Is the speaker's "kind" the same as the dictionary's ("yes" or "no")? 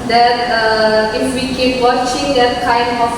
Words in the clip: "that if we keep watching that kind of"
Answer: no